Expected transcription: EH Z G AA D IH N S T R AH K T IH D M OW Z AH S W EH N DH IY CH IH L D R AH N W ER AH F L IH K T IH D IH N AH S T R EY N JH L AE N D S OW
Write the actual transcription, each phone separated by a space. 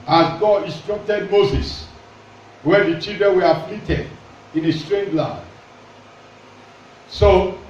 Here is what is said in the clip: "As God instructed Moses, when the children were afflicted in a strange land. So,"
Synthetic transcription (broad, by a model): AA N G AA D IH N S T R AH K T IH D M OW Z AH S W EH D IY CH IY L D R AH N W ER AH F L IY T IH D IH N AH S T R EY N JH L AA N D S OW